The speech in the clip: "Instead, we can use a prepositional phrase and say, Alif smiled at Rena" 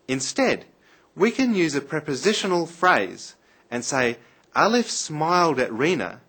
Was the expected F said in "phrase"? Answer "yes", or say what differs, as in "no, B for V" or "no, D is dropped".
yes